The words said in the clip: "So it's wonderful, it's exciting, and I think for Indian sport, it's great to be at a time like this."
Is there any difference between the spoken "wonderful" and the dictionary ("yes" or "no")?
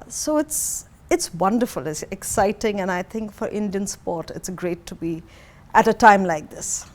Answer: no